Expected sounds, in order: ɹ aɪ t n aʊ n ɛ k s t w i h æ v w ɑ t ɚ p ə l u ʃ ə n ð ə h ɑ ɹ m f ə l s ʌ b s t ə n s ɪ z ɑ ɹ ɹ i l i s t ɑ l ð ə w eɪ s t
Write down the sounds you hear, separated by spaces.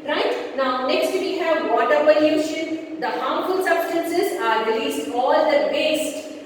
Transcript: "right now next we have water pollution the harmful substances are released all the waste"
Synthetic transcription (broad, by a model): ɹ aɪ t n aʊ n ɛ k s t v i h æ v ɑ t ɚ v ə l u ʃ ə n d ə h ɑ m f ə l s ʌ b s t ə n s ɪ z ɑ ɹ ɹ i l i s t ɑ l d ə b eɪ s t